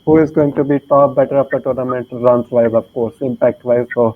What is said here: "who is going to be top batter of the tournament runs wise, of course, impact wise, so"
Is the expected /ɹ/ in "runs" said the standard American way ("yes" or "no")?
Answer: no